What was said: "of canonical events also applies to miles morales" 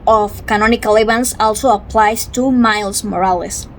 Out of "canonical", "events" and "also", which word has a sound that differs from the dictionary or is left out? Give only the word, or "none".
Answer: events